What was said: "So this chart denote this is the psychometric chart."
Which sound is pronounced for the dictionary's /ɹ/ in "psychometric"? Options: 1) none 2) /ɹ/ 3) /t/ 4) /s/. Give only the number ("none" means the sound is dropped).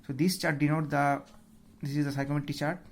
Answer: 1